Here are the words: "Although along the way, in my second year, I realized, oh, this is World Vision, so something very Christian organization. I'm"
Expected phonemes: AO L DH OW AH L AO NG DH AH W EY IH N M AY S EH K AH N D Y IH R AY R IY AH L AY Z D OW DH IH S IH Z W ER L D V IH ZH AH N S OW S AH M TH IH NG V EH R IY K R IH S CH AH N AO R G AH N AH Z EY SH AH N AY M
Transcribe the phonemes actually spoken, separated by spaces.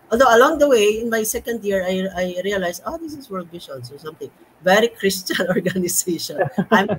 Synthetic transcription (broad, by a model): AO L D OW AH L AO NG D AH W EY IH N M AY S EH K AH N D Y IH R AY R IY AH L AY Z OW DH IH S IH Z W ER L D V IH SH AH N S OW S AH M T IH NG V EH R IY K R IH S CH AH N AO R G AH N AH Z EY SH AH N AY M